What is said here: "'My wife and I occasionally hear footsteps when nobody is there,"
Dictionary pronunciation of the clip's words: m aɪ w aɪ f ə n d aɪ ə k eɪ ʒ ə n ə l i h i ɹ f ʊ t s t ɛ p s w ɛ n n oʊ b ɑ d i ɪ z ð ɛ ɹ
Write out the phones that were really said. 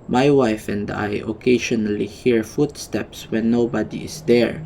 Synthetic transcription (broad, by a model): m aɪ w aɪ f ə n d aɪ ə k eɪ ʃ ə n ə l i h i ɹ f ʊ t s t ɛ p s w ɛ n n oʊ b ɑ d i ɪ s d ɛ ɹ